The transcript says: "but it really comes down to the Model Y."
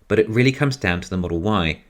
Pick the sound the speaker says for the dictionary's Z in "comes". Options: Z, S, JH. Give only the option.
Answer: Z